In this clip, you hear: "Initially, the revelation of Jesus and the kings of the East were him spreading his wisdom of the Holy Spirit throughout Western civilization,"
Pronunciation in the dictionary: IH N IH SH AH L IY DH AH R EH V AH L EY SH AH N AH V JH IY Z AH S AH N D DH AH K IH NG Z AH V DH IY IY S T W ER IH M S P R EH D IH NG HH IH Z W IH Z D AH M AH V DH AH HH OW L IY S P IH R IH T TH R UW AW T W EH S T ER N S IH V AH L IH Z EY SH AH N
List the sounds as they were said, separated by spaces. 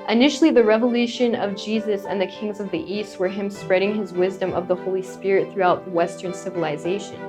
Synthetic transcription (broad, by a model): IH N IH SH L IY DH AH R EH V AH L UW SH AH N AH V JH IY Z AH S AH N DH AH K IH NG Z AH V DH IY IY S T W ER IH M S P R EH D IH NG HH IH Z W IH Z D AH M AH V DH AH HH OW L IY S P IH R IH T TH R UW AW T W EH S T ER N S IH V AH L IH Z EY SH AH N